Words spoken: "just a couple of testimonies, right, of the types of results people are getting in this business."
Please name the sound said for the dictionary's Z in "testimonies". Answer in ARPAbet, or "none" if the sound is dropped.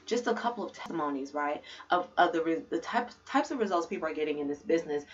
Z